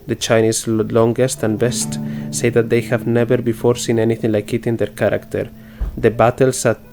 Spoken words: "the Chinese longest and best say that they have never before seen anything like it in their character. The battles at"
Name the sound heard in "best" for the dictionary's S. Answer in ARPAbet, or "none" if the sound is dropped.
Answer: S